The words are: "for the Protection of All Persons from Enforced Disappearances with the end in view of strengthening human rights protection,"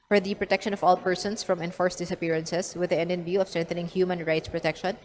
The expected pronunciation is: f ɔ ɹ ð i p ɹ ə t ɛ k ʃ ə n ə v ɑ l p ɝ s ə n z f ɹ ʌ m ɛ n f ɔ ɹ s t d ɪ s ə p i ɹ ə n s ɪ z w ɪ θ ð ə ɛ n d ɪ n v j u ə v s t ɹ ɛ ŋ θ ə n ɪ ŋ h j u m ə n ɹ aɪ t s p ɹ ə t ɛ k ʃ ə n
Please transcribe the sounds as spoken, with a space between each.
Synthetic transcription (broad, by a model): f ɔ ɹ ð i p ɹ ə t ɛ k ʃ ə n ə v ɑ l p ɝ s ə n s f ɹ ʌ m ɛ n f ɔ ɹ s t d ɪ s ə p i ɹ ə n s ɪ s w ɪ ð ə ɛ n d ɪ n v j u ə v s t ɹ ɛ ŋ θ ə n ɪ ŋ h j u m ə n ɹ aɪ t s p ɹ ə t ɛ k ʃ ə n